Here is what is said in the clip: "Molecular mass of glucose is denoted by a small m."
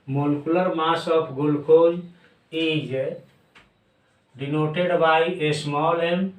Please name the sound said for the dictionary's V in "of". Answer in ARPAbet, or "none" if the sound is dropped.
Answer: P